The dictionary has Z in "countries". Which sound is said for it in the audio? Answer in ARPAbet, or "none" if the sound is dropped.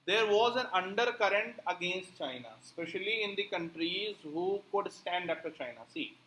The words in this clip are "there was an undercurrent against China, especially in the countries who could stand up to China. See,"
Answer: Z